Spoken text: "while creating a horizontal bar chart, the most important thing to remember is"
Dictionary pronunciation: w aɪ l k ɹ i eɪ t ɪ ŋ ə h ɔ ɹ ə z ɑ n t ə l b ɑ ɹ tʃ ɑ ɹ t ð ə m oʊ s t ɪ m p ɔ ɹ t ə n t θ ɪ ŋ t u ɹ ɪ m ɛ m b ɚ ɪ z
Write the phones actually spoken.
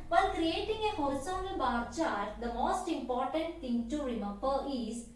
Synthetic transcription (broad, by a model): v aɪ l k ɹ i eɪ t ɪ ŋ ə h ɔ ɹ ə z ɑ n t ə l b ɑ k tʃ ɑ ɹ t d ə m oʊ s t ɪ m p ɔ ɹ t ə n t t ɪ ŋ t u ɹ ɪ m ɛ m b ɚ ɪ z